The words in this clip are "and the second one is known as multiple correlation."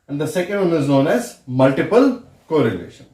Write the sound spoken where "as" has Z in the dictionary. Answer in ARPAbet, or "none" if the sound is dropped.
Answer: Z